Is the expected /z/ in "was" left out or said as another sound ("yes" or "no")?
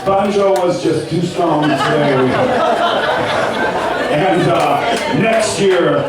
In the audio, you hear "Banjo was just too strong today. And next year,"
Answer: no